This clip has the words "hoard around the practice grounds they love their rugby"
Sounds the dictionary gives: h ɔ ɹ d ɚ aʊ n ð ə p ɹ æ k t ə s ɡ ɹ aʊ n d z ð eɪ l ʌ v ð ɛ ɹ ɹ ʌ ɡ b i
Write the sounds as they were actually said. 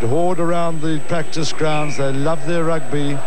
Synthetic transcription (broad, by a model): h ɔ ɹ d ɚ aʊ n ð ə p ɹ æ k t ə s ɡ ɹ aʊ n d z ð eɪ l ʌ v ð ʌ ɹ ɹ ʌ ɡ b i